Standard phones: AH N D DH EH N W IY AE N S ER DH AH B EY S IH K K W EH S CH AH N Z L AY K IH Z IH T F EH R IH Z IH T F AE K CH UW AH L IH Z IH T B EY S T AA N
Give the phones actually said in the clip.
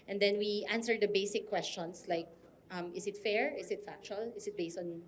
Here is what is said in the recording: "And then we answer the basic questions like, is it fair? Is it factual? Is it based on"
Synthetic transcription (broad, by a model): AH N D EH N W IY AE N S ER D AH B EY S IH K K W EH S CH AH N S L AY K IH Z IH T F EH R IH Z IH T F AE K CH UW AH L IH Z IH T B EY S T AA N